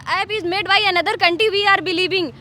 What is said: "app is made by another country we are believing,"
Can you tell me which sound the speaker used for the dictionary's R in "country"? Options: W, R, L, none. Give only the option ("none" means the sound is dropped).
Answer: none